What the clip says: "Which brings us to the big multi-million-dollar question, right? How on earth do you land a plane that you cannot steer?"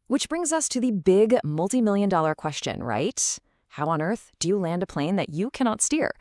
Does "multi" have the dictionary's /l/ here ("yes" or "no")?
yes